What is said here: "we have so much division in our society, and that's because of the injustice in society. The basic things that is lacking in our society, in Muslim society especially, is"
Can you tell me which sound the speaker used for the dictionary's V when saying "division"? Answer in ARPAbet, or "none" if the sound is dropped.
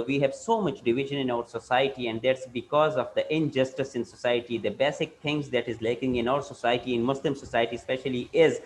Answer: V